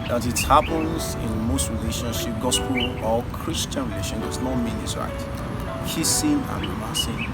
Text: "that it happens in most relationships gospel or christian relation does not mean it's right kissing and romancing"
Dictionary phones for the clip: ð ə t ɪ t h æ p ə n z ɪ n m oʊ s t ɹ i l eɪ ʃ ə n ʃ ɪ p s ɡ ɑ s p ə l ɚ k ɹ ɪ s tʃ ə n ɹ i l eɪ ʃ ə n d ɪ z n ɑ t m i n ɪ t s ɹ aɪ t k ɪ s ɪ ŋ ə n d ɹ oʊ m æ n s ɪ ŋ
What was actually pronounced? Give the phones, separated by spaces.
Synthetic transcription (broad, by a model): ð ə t ɪ t h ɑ p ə n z ɪ n m oʊ s t ɹ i l eɪ ʃ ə n ʃ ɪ p ɡ ɑ s p ə l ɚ k ɹ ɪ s tʃ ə n ɹ i l eɪ ʃ ə n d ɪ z n ɑ t m i n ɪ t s ɹ aɪ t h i s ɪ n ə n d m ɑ s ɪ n